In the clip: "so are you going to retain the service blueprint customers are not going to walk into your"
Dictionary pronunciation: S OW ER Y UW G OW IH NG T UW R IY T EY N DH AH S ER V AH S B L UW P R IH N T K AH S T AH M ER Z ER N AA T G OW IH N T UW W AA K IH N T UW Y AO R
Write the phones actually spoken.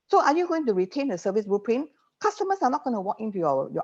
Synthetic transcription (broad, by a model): S OW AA Y UW G OW IH NG T UW R IY T EY N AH S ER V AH S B UW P R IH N K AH S T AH M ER S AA N AA T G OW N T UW W AA K IH N T UW Y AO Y